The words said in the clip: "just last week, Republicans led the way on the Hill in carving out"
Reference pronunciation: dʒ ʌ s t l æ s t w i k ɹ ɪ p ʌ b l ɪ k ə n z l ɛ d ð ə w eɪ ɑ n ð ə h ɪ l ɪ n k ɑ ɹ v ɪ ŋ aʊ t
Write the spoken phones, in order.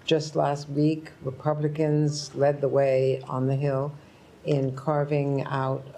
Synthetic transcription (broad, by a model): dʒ ʌ s t l æ s t w i k ɹ ɪ p ʌ b l ɪ k ə n z l ɛ d ð ə w eɪ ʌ n ð ə h ɪ l ɪ n k ɑ ɹ v ɪ ŋ aʊ t